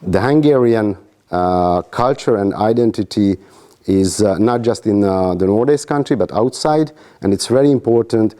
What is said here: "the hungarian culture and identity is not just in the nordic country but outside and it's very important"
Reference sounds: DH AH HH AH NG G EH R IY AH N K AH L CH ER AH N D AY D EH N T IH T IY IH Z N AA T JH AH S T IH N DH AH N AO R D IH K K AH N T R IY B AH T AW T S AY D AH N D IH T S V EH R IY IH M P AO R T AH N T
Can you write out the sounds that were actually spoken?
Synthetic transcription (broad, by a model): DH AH HH AH NG G EH R IY AH N K AH L CH ER AH N D AY D EH N T IH T IY IH Z N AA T JH AH S T IH N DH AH N AO R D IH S K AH N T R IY B AH T AW T S AY D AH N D IH T S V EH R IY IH M P AO R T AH N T